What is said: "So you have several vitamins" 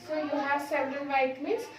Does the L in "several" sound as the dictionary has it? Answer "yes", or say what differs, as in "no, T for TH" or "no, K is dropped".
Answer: no, N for L